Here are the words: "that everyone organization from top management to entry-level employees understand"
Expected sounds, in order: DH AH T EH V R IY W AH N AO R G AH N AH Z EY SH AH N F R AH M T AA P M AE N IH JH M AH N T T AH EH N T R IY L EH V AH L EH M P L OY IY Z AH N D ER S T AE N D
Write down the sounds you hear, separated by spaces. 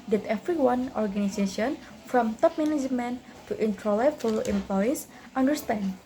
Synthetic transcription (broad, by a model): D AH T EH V R IY W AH N AO R G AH N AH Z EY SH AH N F R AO M T AA P M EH N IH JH M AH N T T AH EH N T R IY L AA F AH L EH M P L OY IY S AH N D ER S T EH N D